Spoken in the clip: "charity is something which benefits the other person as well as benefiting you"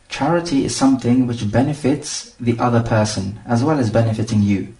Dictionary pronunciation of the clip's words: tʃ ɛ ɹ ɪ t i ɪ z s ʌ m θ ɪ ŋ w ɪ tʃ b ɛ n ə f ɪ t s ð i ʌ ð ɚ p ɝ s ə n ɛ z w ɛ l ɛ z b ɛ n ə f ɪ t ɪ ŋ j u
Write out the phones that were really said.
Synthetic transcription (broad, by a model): tʃ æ ɹ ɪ t i ɪ z s ʌ m θ ɪ ŋ w ɪ tʃ b ɛ n ə f ɪ t s ð i ʌ ð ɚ p ɝ s ə n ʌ z w ɛ l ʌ z b ɛ n ə f ɪ t ɪ ŋ j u